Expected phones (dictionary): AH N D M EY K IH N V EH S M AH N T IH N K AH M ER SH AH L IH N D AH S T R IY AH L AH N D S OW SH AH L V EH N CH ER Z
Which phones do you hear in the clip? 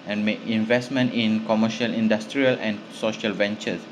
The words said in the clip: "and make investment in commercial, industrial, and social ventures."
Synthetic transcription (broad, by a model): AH N M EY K IH N V EH S M AH N T IH N K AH M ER SH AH L IH N D AH S T R IY AH L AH N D S OW SH AH L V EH N CH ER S